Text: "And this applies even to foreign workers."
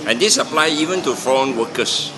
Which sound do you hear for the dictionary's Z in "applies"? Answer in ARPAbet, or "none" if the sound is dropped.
none